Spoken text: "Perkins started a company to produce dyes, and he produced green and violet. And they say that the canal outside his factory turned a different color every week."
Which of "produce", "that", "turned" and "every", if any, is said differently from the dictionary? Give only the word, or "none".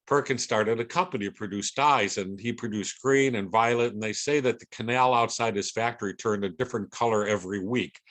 none